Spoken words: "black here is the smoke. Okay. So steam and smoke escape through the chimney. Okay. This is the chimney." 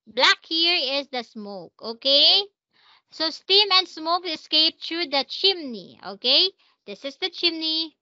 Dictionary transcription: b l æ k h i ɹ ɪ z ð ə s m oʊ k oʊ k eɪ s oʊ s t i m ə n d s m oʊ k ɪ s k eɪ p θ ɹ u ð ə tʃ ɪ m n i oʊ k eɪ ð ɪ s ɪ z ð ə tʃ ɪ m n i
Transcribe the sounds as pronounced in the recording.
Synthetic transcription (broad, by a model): b l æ k h i ɹ ɪ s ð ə s m oʊ k oʊ k eɪ s oʊ s t i m ə n d s m oʊ k ɪ s k eɪ p t ɹ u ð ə tʃ ɪ m n i oʊ k eɪ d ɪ s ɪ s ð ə tʃ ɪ m n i